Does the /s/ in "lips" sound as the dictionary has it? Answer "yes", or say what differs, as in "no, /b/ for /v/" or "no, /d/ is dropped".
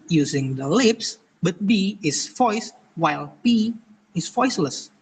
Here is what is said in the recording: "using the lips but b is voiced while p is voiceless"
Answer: yes